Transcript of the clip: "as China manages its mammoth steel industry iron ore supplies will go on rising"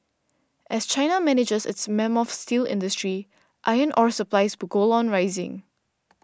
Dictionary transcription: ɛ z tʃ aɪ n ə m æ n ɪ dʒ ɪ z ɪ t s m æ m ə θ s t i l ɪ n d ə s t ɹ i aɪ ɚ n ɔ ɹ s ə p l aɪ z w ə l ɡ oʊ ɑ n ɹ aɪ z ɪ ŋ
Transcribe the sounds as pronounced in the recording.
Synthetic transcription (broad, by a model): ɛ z tʃ aɪ n ə m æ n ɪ dʒ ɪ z ɪ t s m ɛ m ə f s t i l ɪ n d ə s t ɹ i aɪ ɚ n ɔ ɹ s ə p l aɪ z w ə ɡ oʊ ɑ n ɹ aɪ z ɪ ŋ